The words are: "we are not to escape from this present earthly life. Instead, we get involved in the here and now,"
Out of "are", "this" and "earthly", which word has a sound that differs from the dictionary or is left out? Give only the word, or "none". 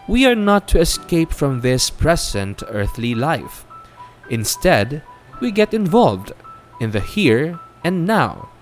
none